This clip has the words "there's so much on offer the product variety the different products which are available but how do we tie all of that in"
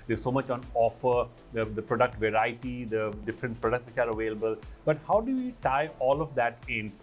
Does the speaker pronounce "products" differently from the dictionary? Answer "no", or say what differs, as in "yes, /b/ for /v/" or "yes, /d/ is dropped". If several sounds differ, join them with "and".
no